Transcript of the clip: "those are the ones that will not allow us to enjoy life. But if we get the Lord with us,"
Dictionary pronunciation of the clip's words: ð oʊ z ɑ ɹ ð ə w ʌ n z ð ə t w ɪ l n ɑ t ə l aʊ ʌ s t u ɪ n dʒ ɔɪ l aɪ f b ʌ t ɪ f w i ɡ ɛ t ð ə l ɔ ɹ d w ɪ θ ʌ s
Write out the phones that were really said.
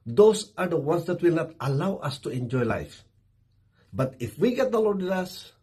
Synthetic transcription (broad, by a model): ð oʊ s ɑ ɹ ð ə w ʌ n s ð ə t w ɪ l n ɑ t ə l aʊ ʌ s t u ɪ n dʒ ɔɪ l aɪ f b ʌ t ɪ f w i ɡ ɛ t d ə l ɔ ɹ d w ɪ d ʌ s